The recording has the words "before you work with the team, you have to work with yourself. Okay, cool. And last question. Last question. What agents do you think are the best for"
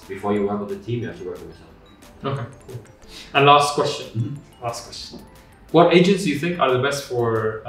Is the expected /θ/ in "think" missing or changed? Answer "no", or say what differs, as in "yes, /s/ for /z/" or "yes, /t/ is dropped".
no